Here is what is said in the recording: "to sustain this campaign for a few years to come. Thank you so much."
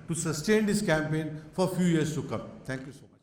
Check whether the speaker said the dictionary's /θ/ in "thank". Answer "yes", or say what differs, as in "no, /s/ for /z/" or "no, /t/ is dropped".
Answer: no, /t/ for /θ/